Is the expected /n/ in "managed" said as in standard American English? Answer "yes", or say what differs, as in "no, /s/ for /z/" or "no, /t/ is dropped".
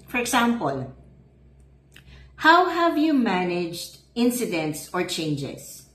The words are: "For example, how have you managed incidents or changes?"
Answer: yes